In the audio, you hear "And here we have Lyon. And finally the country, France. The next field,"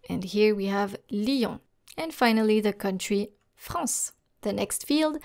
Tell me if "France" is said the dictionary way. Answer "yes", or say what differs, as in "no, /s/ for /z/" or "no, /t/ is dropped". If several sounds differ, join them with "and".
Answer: no, /n/ is dropped